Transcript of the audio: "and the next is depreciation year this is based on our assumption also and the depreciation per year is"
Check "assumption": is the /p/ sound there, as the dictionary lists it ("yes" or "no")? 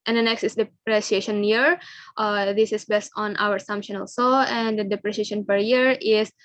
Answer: yes